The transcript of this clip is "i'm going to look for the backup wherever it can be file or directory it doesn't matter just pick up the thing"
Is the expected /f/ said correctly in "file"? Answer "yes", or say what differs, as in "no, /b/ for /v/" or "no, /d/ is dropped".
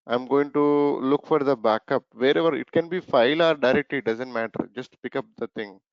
yes